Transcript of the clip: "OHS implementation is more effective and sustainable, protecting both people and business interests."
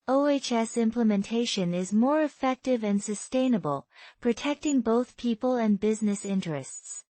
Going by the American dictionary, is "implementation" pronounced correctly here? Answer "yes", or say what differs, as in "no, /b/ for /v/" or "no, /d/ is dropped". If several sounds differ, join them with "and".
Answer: yes